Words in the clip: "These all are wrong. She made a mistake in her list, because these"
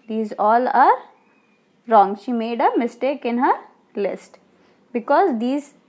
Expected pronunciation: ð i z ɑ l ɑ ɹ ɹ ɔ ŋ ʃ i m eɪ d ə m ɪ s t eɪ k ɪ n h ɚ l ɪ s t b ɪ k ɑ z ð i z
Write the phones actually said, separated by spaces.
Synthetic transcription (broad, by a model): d i z ɑ l ɑ ɹ ɹ ɔ ŋ ʃ i m eɪ d ə m ɪ s t eɪ k ɪ n h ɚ l ɪ s t b ɪ k ɑ z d i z